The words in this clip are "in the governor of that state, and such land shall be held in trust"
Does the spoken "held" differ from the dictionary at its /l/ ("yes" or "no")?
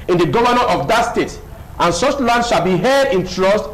yes